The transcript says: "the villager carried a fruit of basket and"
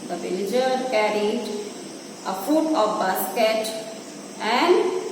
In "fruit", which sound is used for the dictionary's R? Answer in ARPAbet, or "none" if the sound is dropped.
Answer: none